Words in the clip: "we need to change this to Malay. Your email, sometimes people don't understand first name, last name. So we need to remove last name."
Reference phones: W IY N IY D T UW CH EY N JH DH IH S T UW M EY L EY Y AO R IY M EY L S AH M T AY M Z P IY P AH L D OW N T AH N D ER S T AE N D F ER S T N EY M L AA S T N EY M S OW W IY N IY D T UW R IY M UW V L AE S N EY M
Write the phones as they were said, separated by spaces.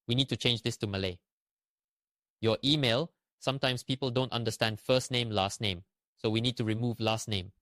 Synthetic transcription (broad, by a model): W IY N IY D T UW CH EY N JH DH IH S T UW M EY L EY Y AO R IY M EY L S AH M T AY M S P IY P AH L D OW N T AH N D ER S T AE N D F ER S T N EY M L AA S T N EY M S OW W IY N IY D T UW R IY M UW V L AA S N EY M